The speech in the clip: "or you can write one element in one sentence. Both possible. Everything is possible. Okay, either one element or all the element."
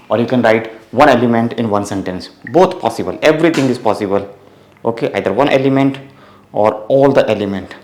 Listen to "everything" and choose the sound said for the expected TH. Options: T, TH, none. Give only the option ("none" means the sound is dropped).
T